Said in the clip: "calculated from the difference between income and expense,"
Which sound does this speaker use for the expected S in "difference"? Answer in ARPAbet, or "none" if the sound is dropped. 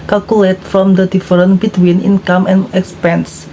none